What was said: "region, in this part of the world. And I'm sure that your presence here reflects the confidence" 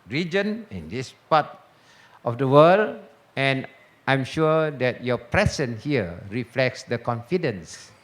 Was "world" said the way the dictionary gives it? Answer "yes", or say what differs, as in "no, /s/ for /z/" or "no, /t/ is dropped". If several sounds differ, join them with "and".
no, /d/ is dropped